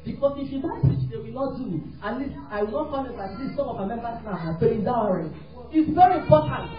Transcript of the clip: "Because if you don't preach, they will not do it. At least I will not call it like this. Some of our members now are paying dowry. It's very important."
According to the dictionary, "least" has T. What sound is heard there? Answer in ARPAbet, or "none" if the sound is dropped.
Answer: none